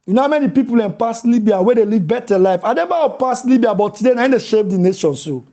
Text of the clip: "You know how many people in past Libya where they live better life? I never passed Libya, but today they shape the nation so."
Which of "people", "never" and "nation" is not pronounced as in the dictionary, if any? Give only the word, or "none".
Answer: never